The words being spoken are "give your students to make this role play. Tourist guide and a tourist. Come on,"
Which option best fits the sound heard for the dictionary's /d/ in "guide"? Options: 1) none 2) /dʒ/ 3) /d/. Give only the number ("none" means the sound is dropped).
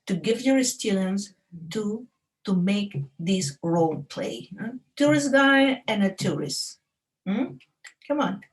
1